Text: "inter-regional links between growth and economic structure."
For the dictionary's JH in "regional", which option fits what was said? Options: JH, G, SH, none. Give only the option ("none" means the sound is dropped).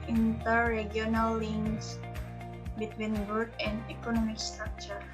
none